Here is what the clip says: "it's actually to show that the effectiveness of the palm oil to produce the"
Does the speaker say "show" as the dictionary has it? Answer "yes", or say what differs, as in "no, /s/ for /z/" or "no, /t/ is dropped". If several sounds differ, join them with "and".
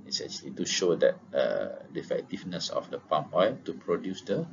yes